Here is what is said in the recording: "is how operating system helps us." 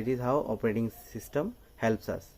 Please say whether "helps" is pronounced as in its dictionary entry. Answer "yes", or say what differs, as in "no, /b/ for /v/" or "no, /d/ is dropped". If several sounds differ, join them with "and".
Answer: yes